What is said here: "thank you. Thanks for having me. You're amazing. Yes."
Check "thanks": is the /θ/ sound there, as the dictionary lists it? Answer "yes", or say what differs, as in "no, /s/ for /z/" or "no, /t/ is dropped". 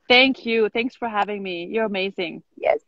yes